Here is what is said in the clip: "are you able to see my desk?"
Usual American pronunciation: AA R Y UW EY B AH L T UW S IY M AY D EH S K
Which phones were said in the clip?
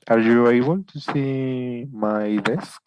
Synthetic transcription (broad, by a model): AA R Y UW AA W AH N T UW S IY M AY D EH S K